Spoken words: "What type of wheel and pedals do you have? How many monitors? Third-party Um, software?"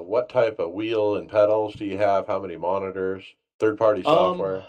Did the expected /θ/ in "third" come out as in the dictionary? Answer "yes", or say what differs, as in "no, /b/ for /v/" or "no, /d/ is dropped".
yes